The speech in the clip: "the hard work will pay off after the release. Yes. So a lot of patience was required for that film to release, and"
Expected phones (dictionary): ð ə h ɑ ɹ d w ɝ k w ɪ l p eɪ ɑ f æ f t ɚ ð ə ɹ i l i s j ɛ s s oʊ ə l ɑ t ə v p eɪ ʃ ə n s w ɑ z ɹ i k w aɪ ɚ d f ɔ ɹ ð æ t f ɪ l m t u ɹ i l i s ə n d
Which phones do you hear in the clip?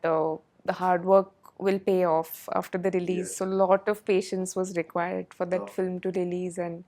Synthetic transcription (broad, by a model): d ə h ɑ ɹ d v ɝ k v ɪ l p eɪ ɑ f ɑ f t ɚ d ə ɹ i l i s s s oʊ l ɑ t ə v p eɪ ʃ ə n s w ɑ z ɹ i k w aɪ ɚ d f ɔ ɹ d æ t f ɪ l m t u ɹ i l i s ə n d